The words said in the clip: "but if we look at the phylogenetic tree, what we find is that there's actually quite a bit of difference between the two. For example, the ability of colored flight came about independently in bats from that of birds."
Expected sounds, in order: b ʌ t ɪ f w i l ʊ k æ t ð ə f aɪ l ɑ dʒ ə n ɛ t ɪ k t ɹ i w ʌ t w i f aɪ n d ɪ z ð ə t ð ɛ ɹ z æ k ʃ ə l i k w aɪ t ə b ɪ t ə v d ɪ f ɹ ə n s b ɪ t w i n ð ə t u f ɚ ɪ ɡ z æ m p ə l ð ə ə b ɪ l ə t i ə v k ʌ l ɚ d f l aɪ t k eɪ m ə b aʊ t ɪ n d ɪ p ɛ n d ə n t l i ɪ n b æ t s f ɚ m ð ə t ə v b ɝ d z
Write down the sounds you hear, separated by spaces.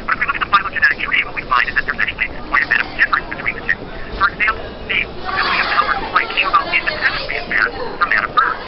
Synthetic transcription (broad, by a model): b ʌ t ɪ f w i l ʊ k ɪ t ð ə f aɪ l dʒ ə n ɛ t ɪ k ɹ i w ʌ t w i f aɪ n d ɪ z ð ə t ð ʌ ɹ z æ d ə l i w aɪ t ə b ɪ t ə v d ɪ f ɹ ə n s b ɪ t w i n ð ə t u f ɚ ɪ ɡ z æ m p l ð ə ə ɪ ə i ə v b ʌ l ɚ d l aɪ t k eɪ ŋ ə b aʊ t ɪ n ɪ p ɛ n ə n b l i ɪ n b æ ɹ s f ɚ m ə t ə v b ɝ